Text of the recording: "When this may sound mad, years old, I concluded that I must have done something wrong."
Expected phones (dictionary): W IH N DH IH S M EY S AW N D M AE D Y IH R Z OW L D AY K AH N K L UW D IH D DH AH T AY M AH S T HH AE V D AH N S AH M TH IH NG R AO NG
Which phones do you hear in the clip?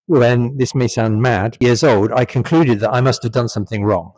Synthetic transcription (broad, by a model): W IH N DH IH S M EY S AW N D M AE D Y IH R Z OW L D AY K AH N K L UW D IH D DH AH T AY M AH S T HH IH V D AH N S AH M TH IH NG R AO NG